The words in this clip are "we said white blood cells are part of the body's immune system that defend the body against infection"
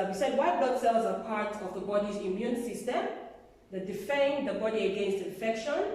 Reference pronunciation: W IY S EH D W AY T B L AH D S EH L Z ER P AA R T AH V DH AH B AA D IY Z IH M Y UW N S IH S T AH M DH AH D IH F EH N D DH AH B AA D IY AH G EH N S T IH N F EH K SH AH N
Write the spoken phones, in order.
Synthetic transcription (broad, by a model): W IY S EH D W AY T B AH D S EH L Z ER P AA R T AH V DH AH B AA D IY Z IH M Y UW N S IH S T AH M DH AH D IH F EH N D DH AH B AA D IY AH G EH N S T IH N F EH K SH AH N